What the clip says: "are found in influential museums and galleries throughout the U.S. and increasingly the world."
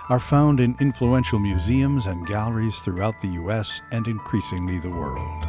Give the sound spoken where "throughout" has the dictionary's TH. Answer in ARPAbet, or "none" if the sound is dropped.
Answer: TH